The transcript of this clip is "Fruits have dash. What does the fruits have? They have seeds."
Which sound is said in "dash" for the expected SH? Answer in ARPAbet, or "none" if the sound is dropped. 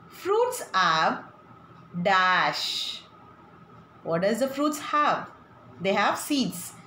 SH